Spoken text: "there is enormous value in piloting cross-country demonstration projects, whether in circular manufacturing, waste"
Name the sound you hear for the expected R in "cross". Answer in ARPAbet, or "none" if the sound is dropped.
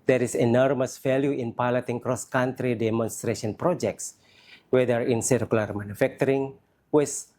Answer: R